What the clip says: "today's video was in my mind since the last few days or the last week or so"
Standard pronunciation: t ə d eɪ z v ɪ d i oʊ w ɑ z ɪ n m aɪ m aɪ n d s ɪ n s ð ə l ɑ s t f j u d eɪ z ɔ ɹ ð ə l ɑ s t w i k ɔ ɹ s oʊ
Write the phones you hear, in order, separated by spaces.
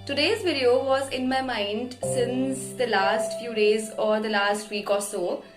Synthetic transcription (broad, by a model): t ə d eɪ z v ɪ d i oʊ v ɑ z ɪ n m aɪ m aɪ n d s ɪ n s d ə l ɑ s t f j u d eɪ z ɔ ɹ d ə l ɑ s t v i k ɔ ɹ s oʊ